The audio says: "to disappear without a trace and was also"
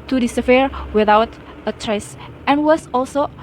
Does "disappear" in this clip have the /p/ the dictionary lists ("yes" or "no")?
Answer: no